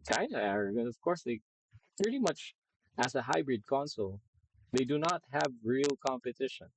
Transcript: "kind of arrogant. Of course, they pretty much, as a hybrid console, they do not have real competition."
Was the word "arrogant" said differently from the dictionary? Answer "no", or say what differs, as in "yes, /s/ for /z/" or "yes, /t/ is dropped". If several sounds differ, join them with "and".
yes, /t/ is dropped